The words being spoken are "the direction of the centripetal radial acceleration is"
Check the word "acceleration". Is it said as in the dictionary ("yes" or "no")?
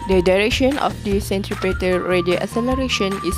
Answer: no